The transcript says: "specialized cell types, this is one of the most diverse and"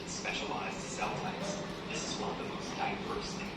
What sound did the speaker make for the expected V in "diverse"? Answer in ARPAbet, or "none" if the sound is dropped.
P